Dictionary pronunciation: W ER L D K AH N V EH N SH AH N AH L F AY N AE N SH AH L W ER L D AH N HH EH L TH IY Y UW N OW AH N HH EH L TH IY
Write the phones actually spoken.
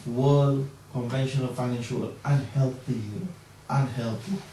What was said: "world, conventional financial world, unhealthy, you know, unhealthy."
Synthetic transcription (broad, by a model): W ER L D K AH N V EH N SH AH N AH N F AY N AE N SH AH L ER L AH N HH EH L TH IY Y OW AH N HH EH L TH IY